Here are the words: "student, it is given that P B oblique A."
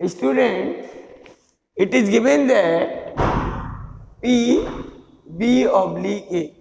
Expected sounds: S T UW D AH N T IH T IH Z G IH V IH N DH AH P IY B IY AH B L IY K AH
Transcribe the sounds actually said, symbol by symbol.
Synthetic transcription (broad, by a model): S T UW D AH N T IH T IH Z G IH V IH N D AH P IY B IY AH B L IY AH